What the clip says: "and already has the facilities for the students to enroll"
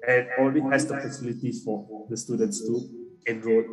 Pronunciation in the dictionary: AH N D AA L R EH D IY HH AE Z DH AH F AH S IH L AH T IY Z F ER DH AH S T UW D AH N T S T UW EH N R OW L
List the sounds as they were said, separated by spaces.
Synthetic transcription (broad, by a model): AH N AA L R EH D IY HH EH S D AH P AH S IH L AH T IY F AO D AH S T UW D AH N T S T UW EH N R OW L